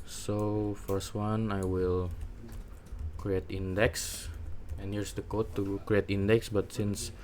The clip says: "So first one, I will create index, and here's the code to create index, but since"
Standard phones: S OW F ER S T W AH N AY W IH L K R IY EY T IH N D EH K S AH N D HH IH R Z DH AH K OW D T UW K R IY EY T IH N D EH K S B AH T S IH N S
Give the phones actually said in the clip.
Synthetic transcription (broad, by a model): S OW F ER S T W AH N AY W IH L K R IY EY T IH N D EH K S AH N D HH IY R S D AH K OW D T UW K R IY EY T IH N D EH K S B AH T S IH N S